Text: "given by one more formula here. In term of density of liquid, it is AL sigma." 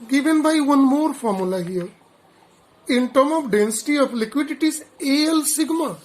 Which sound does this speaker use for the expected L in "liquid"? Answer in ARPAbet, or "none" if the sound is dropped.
L